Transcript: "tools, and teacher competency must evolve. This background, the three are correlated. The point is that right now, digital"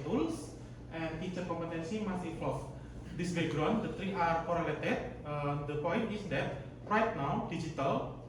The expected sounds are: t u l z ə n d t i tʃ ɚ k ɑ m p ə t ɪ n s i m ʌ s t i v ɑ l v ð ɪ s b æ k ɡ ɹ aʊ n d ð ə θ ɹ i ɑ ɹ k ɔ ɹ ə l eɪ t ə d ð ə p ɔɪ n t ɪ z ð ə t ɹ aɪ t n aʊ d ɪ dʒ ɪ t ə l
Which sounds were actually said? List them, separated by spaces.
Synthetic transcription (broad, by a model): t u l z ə n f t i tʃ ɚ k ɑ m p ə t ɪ n s i m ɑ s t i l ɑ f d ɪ s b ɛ ɡ ɹ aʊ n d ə t ɹ i ɑ ɹ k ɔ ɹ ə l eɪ t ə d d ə p ɔɪ n t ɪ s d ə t ɹ aɪ t n aʊ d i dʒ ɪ t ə l